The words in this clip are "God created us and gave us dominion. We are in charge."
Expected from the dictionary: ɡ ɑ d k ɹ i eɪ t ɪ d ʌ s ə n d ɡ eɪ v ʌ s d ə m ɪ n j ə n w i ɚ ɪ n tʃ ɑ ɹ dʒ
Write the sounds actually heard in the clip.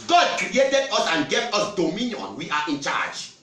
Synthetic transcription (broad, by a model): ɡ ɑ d k ɹ i eɪ t ɪ d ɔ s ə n ɡ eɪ p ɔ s d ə m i n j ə n w i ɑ ɪ n tʃ ɑ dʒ